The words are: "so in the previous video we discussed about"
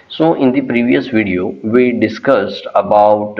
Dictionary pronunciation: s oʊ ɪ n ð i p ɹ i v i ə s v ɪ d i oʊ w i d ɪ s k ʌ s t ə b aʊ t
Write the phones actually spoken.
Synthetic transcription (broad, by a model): s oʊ ɪ n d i p ɹ i v i ə s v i d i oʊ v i d ɪ s k ʌ s t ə b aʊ t